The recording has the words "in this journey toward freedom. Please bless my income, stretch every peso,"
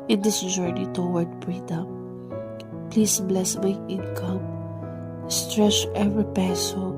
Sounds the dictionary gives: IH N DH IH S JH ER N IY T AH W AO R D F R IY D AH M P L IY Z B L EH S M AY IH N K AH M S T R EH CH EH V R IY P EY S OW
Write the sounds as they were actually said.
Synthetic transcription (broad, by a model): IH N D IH S JH ER N IY T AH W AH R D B R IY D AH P P L IY S B L EH S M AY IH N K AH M S T R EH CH EH V R IY P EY S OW